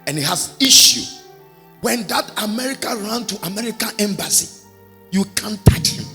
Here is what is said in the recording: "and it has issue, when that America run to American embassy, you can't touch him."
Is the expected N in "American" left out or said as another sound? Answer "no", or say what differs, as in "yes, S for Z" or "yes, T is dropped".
no